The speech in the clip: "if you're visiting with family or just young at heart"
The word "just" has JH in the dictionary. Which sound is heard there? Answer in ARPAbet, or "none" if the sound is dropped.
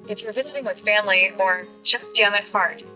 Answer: CH